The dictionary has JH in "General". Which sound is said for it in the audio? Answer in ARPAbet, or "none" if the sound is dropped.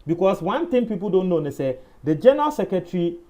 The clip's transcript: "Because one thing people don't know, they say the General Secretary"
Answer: JH